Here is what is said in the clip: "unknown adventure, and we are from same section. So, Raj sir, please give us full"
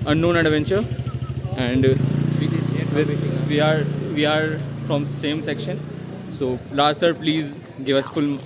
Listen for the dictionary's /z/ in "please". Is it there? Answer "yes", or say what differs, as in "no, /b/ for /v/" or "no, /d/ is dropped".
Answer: yes